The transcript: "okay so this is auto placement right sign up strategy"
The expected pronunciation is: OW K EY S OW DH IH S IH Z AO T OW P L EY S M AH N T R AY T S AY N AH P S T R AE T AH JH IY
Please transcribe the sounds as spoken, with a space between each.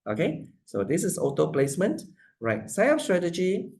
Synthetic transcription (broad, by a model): OW K EY S OW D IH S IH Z AO T OW P L EY S M AH N T R AY T S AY AH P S T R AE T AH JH IY